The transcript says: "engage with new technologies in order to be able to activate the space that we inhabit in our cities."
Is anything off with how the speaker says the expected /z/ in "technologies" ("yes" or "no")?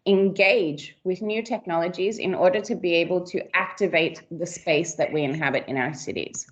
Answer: no